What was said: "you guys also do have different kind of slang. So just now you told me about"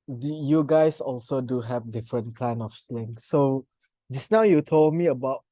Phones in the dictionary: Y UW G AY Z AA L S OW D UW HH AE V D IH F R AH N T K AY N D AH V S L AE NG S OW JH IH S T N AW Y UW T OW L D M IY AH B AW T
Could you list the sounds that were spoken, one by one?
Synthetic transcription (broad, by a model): Y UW G AY S AA L S OW D UW HH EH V D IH F R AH N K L AY N AH F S L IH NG S OW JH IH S N AW Y UW T OW L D M IY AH B AW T